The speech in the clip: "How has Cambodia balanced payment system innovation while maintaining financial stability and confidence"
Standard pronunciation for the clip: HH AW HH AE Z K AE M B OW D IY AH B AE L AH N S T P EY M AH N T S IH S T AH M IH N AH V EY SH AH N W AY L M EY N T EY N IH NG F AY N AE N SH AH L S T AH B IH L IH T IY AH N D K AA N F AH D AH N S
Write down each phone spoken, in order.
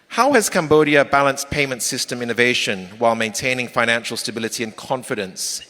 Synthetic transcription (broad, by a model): HH AW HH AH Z K AE M B OW D IY AH B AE L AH N S P EY M AH N T S IH S T AH M IH N AH V EY SH AH N W AY L M EY N T EY N IH NG F AY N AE N SH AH L S T AH B IH L IH T IY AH N K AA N F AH D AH N S